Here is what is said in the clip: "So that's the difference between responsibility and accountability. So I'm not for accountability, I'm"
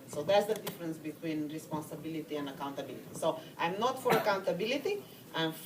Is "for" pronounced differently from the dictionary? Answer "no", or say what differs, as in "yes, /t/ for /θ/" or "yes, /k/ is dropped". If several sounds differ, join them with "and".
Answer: no